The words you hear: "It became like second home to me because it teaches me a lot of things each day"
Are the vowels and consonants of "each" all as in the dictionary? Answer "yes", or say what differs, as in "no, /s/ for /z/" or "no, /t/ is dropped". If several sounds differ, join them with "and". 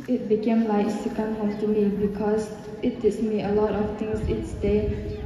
no, /s/ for /tʃ/